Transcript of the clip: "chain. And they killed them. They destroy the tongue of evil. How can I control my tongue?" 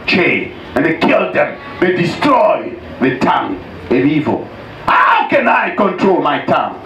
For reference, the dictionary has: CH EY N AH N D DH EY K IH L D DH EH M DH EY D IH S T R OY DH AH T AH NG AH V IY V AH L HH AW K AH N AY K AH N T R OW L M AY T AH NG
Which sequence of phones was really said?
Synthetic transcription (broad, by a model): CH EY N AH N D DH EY K IH L D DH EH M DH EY D IH S T R OY DH AH T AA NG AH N IY V AH L HH AW K AH N AY K AH N T R OW L M AY T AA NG